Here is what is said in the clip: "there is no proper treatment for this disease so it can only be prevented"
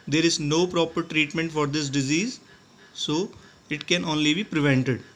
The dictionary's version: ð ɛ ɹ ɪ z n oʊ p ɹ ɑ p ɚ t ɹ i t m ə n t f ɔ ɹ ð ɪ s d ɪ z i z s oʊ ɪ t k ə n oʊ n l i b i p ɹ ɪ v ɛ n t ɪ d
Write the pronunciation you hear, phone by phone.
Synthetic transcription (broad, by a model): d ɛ ɹ ɪ z n oʊ p ɹ ɑ p ɚ t ɹ i t m ə n t f ɔ ɹ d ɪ s d ɪ z i z s oʊ ɪ t k ə n oʊ n l i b i p ɹ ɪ v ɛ n t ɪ d